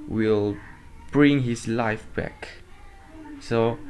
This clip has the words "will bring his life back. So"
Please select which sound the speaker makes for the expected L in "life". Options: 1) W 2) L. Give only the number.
2